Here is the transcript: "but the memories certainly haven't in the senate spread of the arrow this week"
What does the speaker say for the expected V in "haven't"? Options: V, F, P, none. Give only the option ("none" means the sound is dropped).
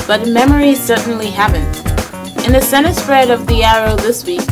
P